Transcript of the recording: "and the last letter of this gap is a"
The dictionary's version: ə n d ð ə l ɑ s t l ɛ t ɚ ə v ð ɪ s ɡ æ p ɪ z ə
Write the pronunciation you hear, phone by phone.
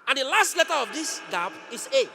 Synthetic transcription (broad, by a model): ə n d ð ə l ɑ s t l ɛ t ɚ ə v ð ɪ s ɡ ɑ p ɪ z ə